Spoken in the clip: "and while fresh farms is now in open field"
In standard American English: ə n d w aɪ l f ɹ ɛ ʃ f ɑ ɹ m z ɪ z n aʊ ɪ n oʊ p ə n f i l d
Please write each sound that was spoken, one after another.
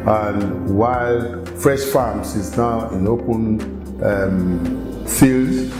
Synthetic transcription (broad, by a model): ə n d w aɪ l f ɹ ɛ ʃ f ɑ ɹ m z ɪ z n aʊ ɪ n oʊ p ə n f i l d